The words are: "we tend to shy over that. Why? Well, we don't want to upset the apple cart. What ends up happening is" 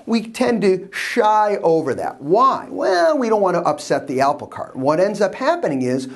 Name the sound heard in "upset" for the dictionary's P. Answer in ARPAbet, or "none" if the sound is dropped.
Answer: P